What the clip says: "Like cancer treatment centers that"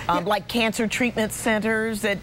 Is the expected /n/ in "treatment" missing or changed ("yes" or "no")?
no